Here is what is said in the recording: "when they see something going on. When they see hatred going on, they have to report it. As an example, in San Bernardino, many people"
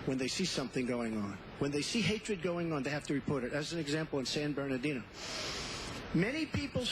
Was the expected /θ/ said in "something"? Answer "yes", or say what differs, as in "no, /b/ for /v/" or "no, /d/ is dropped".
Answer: yes